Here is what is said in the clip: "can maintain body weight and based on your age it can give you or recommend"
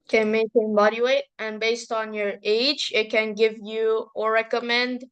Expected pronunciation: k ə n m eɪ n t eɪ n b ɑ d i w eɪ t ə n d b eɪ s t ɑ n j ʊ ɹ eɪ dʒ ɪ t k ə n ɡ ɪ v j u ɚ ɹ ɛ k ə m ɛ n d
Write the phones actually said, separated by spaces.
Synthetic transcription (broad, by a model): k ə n m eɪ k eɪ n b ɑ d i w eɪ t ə n b eɪ s t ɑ n j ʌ ɹ eɪ dʒ ɪ t k ə n ɡ ɪ v j u ɚ ɹ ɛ k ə m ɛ n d